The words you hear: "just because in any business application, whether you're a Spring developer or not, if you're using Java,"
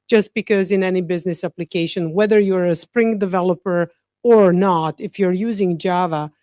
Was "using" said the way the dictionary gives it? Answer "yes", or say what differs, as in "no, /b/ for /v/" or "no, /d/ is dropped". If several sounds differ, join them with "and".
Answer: yes